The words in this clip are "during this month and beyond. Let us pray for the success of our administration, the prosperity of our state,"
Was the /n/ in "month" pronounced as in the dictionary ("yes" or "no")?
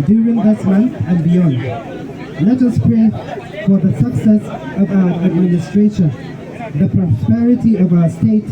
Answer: yes